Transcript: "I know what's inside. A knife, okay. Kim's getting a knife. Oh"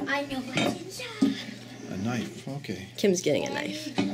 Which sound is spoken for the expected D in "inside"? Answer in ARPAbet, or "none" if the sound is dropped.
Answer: none